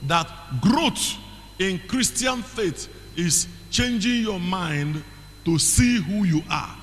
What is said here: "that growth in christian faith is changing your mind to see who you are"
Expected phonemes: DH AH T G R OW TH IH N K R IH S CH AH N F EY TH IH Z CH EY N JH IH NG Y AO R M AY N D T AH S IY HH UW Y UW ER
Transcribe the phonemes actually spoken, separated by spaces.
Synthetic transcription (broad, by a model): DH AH T G R OW T IH N K R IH S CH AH N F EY T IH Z CH EY N JH IH NG Y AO M AY N D T AH S IY HH UW Y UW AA